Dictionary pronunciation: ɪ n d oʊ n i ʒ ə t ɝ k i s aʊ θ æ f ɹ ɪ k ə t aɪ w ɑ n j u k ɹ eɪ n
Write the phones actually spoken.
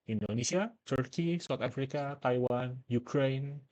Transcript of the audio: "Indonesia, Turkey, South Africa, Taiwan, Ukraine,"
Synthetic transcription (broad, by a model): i n d oʊ n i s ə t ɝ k i s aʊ t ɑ f ɹ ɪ k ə t aɪ w ɑ n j u k ɹ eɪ n